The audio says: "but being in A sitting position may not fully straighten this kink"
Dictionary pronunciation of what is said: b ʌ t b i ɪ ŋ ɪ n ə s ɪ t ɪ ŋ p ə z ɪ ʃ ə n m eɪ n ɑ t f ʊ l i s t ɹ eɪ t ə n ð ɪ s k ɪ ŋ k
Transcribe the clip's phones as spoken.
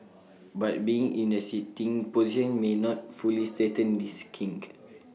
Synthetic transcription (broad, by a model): b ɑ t b i ɪ ŋ ɪ n ə s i t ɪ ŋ p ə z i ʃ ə n m eɪ n ɑ t f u l i s t eɪ t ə n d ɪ s k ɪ ŋ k